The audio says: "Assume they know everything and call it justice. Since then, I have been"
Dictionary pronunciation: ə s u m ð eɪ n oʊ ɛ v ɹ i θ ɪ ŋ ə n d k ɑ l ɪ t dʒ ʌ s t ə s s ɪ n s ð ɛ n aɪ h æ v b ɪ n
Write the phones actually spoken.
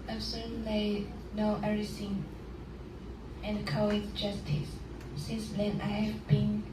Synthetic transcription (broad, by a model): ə s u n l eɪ n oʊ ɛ ɹ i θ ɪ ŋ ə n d k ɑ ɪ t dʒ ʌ s t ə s s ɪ n s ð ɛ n aɪ h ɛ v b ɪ n